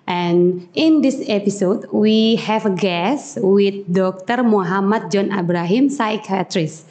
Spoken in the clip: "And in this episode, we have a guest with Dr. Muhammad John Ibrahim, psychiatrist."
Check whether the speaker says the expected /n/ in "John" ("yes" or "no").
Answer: yes